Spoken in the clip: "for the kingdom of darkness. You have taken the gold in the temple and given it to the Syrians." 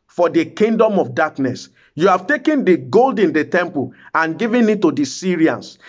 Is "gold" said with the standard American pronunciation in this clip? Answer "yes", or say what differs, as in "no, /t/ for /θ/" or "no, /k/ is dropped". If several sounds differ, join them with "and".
yes